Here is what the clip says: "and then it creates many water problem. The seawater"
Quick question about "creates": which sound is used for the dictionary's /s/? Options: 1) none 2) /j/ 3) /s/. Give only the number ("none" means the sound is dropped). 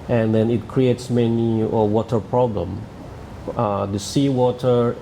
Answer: 3